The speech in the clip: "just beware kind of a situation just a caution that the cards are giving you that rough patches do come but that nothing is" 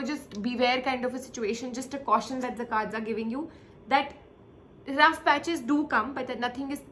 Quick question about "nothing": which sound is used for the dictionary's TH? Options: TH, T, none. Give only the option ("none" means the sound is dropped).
T